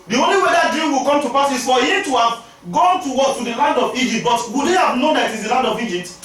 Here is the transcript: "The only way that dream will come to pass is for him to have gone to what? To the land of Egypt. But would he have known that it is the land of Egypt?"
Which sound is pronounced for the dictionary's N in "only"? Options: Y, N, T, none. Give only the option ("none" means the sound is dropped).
N